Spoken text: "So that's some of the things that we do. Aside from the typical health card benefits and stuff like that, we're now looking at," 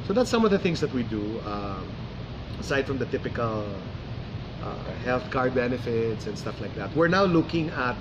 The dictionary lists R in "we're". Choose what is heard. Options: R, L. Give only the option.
R